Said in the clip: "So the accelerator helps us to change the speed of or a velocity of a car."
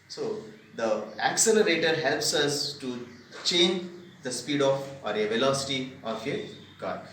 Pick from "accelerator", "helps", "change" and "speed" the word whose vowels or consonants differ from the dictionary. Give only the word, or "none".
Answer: none